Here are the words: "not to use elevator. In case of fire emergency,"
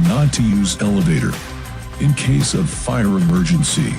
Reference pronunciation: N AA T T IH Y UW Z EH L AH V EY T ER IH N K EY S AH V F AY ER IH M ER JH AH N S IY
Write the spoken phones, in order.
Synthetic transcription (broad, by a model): N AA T T IH Y UW Z EH L AH V EY T ER IH N K EY S AH V F AY ER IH M ER JH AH N S IY